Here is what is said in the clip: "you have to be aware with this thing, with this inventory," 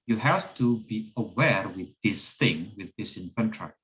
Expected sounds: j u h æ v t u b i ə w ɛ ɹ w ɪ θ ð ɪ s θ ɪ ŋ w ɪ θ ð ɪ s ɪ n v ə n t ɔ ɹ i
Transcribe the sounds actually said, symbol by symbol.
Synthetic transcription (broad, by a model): j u h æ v t u b i ə w ɛ ɹ w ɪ ð ɪ s θ ɪ ŋ w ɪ ð ɪ s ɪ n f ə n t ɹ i